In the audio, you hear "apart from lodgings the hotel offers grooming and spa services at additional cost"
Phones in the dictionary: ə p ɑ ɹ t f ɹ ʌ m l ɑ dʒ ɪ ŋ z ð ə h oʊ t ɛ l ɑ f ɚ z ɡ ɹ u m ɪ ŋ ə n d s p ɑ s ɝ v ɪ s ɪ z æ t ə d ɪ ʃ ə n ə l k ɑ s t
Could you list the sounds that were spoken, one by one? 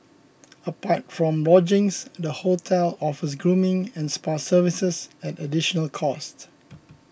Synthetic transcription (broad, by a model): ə p ɑ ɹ t f ɹ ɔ m l ɑ dʒ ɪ ŋ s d ə h oʊ t ɛ l ɑ f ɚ s ɡ ɹ u m ɪ ŋ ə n s p ɑ s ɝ v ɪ s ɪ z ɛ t ə d ɪ ʃ ə n ə l k ɑ s t